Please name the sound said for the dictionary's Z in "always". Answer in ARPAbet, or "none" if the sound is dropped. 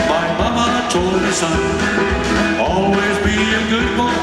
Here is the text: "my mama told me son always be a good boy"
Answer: Z